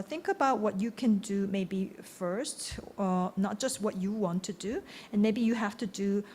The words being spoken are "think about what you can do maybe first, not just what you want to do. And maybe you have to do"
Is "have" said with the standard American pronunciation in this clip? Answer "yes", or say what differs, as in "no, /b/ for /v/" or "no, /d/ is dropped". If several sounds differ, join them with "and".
no, /f/ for /v/